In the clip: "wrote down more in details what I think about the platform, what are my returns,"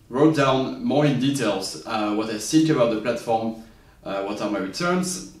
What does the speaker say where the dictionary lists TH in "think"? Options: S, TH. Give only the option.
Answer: S